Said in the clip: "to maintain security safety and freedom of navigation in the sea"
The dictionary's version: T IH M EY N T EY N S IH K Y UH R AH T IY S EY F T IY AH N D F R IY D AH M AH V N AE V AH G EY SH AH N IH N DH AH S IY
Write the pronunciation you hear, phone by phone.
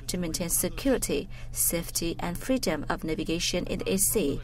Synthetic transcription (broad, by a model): T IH M EY N T EY N S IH K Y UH R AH T IY S EY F T IY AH N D F R IY D AH M AH V N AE V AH G EY SH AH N IH N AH S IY